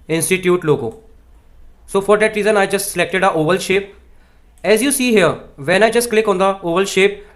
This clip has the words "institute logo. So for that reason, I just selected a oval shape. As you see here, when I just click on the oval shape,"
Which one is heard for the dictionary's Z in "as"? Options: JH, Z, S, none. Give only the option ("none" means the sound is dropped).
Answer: Z